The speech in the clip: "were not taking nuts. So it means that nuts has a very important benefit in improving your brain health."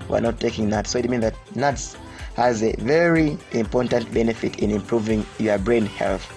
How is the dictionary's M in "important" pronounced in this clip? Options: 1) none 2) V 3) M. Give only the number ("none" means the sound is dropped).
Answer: 3